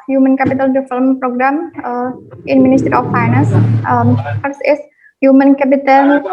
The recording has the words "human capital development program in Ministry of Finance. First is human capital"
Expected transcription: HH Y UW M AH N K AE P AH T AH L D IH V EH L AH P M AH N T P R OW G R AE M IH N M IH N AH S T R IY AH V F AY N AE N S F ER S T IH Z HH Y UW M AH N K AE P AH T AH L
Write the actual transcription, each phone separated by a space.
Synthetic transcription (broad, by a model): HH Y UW M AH N K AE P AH T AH L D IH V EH L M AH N P R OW G R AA M IH N M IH N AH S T R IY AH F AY N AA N S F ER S IH S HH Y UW M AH N K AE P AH T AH L